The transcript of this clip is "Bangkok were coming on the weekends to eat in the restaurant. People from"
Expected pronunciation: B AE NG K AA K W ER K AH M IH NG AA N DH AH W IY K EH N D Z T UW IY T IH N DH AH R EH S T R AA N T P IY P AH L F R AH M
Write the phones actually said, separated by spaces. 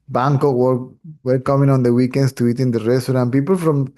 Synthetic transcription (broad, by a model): B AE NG K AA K W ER K AH M IH NG AA N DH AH W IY K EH N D S T UW IY T IH N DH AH R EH S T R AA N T P IY P AH L F R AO M